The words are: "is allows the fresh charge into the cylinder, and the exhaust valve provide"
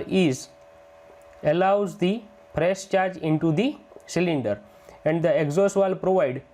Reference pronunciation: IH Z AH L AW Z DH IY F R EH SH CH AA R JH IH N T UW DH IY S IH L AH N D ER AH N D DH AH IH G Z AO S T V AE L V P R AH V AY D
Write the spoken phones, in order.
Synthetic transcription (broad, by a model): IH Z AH L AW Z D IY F R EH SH CH AA R JH IH N T UW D IY S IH L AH N D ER AH N D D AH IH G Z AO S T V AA L P R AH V AY D